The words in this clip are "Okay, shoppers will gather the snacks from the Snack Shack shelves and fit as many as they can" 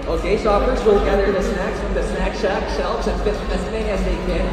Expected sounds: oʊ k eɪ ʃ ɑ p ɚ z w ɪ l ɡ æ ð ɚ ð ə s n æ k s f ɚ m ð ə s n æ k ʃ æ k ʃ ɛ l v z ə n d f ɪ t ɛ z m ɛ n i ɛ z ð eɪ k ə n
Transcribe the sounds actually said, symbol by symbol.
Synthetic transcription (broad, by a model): oʊ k eɪ s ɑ f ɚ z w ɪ l ɡ æ ð ɚ ð ə s n æ k s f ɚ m ð ə s n æ k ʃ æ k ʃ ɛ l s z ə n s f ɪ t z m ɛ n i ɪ z ð eɪ k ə n